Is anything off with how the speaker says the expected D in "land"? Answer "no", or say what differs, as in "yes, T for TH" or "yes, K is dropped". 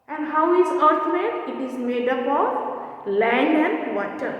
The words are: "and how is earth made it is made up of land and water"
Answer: yes, D is dropped